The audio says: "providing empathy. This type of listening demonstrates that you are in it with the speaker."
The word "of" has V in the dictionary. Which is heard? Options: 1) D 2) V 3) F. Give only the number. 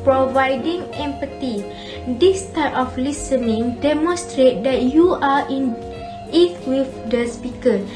3